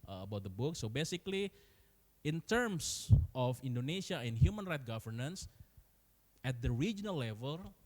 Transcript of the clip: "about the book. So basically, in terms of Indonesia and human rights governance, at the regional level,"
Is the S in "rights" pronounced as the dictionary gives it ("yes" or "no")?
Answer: no